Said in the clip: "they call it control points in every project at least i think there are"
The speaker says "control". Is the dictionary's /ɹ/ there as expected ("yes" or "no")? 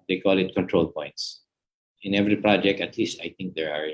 yes